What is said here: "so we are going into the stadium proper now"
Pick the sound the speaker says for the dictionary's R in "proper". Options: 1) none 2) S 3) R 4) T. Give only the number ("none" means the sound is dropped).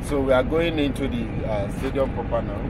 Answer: 1